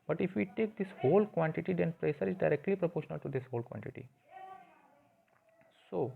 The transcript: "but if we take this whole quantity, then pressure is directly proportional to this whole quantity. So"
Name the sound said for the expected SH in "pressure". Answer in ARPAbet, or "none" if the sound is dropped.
S